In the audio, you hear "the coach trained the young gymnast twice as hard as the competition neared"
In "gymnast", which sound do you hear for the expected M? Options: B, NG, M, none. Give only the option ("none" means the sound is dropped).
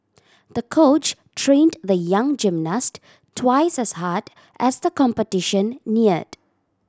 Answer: M